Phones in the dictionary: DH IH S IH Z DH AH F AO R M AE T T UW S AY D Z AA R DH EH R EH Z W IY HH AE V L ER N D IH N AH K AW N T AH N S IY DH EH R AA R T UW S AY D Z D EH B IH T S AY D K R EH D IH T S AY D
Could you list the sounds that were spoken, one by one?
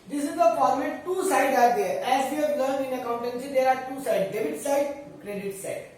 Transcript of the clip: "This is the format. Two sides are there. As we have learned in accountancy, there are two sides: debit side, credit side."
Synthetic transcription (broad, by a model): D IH S IH Z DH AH P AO L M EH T T UW S AY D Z AA R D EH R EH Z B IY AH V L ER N IH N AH K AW N T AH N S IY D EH R AA R T UW S AY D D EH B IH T S AY D K R EH D IH T S AY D